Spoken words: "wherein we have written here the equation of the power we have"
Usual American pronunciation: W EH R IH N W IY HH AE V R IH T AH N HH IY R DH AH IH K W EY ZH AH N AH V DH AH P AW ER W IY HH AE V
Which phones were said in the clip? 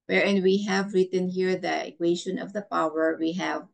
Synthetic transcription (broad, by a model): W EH R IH N W IY HH AE V R IH T AH N HH IY R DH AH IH K W EY SH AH N AH V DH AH P AW ER W IY HH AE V